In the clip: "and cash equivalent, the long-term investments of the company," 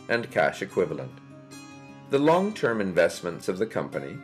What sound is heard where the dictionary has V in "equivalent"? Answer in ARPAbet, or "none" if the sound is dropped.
V